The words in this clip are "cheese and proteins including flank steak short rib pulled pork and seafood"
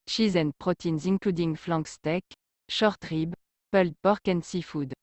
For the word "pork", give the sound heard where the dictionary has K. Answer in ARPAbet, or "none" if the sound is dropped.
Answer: K